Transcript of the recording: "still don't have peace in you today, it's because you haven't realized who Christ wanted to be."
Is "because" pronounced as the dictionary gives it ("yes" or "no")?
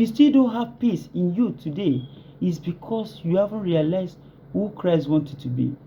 no